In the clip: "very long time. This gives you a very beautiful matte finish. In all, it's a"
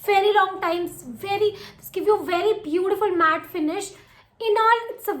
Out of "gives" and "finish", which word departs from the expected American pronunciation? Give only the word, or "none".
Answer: gives